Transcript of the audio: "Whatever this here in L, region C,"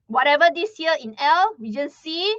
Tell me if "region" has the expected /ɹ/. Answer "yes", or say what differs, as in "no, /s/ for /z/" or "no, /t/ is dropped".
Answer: no, /w/ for /ɹ/